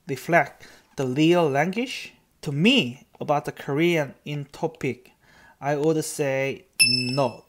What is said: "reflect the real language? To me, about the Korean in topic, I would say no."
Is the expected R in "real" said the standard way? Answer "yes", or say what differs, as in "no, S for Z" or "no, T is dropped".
no, L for R